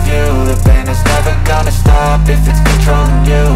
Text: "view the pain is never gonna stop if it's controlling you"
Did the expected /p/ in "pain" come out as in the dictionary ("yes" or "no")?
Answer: no